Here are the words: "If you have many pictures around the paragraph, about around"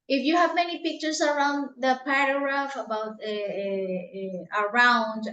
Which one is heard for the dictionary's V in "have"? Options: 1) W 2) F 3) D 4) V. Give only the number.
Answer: 4